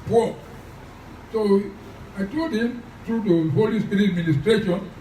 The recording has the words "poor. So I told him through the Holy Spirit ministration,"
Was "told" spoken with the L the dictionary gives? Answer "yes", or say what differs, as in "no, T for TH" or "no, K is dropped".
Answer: no, L is dropped